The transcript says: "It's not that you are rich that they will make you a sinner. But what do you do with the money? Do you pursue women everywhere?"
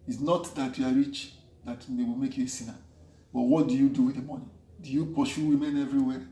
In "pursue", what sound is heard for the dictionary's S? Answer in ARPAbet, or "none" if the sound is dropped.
SH